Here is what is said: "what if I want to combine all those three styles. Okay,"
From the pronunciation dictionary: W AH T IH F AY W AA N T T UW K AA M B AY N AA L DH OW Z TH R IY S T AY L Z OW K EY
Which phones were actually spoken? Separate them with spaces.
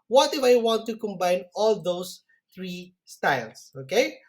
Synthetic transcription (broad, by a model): W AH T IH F AY W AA N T T UW K AA M B AY N AA L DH OW S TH R IY S T AY L S OW K EY